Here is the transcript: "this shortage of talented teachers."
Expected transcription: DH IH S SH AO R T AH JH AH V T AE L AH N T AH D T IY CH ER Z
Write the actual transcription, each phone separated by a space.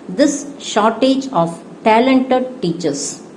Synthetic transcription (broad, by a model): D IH S SH AO R T AH JH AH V T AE L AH N T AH D T IY CH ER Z